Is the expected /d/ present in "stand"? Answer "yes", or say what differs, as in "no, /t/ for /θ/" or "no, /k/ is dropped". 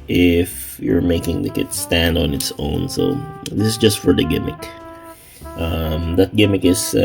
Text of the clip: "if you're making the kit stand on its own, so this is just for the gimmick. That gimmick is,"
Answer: yes